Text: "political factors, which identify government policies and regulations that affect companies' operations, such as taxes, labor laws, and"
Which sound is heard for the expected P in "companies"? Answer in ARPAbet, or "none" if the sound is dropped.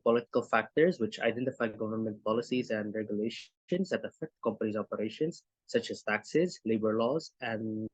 P